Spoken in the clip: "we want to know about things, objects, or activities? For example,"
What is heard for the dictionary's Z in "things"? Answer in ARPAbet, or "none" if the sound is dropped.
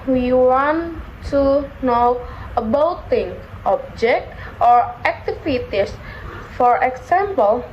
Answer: none